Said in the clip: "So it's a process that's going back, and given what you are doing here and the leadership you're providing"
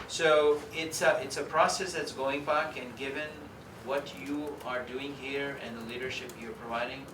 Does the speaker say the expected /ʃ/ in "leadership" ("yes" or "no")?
yes